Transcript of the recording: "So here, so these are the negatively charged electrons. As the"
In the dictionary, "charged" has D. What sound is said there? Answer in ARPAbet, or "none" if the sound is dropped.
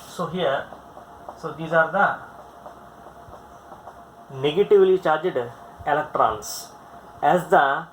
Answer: D